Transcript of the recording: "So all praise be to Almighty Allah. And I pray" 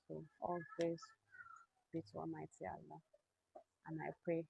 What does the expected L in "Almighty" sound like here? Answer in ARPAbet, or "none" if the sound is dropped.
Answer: none